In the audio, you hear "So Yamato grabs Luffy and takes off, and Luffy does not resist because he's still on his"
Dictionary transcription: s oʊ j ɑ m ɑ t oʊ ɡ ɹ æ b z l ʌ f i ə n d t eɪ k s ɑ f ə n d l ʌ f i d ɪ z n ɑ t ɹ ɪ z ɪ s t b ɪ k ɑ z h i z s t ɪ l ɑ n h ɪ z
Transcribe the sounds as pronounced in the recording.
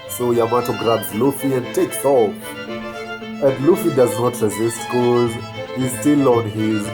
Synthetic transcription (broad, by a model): s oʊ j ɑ m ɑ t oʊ ɡ ɹ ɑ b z l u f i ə n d t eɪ k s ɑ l ə n d l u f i d ɪ z n ɑ t ɹ ɪ z ɪ s t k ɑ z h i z s t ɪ l ɑ n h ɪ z